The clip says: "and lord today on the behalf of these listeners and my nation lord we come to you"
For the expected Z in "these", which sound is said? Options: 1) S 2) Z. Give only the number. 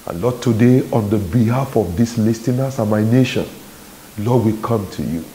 1